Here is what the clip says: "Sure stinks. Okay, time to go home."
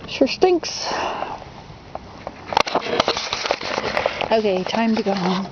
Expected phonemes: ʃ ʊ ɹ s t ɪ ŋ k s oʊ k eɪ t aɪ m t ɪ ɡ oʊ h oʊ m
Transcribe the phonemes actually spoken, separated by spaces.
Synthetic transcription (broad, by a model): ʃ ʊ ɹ s t ɪ ŋ k s oʊ k eɪ t aɪ m t ɪ ɡ oʊ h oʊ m